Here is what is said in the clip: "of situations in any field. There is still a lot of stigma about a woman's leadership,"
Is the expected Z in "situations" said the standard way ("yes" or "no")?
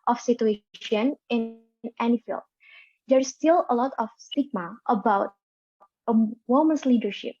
no